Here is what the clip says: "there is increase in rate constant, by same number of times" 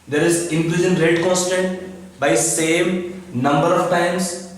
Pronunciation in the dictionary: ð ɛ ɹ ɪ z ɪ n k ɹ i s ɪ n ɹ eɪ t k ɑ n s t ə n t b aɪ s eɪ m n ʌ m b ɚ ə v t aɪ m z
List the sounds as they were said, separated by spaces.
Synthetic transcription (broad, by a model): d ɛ ɹ ɪ z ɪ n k l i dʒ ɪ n ɹ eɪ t k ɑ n s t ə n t b aɪ s eɪ m n ʌ m b ɚ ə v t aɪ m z